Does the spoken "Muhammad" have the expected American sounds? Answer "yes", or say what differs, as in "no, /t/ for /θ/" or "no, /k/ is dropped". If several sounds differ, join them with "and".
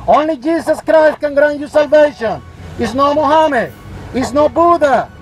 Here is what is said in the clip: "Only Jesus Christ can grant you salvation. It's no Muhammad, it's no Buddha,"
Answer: no, /d/ is dropped